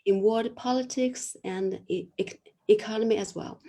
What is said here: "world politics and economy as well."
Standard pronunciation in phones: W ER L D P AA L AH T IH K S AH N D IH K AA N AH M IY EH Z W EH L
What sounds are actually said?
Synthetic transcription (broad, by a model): W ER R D P AA L AH T IH K S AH N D IH K AA N AH M IY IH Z W EH L